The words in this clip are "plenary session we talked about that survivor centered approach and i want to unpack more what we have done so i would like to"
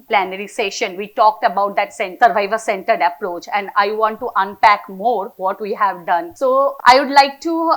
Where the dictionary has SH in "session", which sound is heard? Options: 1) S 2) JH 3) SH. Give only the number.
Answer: 3